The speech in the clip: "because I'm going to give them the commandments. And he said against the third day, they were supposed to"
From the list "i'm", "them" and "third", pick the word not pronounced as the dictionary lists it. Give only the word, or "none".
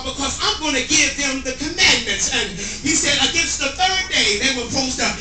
none